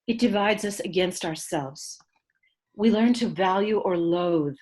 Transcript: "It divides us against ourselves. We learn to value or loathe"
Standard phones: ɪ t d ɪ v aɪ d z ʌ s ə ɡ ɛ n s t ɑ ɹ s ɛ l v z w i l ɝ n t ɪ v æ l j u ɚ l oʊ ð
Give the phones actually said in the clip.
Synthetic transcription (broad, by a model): ɪ t d ɪ v aɪ d z ʌ s ə ɡ ɛ n s t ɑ ɹ s ɛ l v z w i l ɝ n t ɪ v æ l j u ɚ l oʊ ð